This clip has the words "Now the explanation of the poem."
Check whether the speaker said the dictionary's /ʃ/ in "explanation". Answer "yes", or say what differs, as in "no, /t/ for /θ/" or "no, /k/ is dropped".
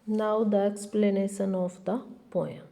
no, /s/ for /ʃ/